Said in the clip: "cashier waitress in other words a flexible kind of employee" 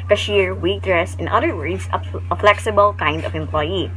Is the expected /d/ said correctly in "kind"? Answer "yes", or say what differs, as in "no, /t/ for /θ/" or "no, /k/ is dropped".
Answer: yes